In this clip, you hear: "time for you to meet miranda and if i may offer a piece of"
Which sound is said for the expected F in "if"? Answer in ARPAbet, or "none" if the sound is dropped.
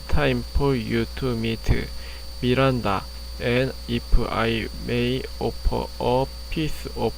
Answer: P